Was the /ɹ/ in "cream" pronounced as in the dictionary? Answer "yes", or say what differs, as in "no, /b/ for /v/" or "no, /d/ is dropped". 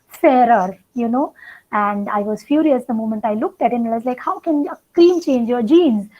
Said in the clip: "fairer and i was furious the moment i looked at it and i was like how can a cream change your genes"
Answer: no, /l/ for /ɹ/